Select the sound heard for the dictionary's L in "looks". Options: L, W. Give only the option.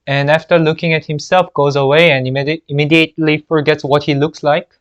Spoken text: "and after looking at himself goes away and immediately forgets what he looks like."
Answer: L